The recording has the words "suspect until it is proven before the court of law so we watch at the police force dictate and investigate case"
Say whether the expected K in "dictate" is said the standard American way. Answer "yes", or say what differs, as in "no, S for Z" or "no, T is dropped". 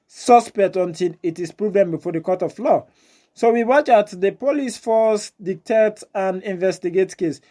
yes